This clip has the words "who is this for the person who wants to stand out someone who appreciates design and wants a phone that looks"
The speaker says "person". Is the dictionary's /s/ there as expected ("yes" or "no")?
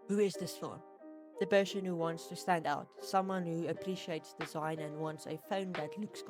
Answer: no